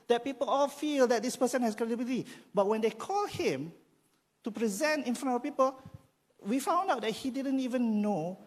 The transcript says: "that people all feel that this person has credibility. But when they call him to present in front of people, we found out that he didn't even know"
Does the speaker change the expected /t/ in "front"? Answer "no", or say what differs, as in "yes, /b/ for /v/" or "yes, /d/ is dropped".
yes, /t/ is dropped